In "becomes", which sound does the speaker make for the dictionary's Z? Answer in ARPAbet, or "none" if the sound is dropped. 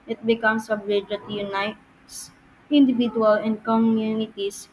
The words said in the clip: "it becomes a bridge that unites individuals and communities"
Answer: S